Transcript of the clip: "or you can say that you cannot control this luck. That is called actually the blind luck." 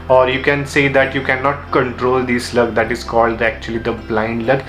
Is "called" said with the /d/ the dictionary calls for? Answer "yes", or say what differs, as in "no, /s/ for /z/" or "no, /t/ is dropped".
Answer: yes